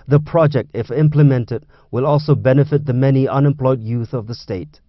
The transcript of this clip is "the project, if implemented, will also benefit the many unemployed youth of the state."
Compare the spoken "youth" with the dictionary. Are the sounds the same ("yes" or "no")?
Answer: yes